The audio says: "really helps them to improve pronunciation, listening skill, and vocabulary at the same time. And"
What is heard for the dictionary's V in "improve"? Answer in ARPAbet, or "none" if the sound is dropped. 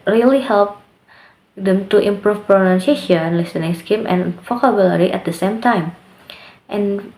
F